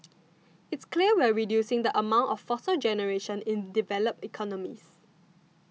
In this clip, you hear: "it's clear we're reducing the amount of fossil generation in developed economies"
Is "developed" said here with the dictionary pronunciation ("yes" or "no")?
no